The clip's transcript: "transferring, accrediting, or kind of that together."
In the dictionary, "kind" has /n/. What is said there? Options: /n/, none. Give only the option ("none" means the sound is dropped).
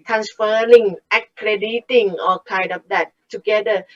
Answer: /n/